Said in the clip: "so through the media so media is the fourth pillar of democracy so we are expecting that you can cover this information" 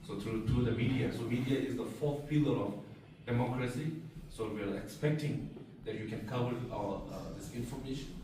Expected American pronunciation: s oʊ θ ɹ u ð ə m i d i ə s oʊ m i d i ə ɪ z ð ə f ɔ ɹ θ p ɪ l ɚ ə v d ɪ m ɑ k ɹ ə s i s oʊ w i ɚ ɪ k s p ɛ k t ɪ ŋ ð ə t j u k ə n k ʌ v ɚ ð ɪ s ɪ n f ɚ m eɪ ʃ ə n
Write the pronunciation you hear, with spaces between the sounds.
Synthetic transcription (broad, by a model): s oʊ t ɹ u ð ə m i d i ə s oʊ m i d i ə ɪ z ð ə f ɔ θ p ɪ l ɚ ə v d ɪ m ɑ k ɹ ə s i s oʊ w i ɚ ɪ k s p ɛ k t ɪ ŋ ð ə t j u k ə n k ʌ w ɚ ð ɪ s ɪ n f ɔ m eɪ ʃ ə n